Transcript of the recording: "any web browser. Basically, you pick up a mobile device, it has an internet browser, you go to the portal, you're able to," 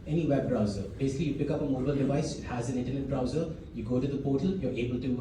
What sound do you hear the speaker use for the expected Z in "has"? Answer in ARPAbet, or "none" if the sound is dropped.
Z